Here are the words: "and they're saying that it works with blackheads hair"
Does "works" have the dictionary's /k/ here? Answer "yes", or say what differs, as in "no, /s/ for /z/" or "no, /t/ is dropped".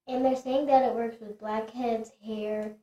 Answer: yes